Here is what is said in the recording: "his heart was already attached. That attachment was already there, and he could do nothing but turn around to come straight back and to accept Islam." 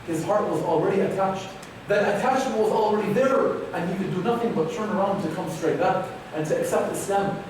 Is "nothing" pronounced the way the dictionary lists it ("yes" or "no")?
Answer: yes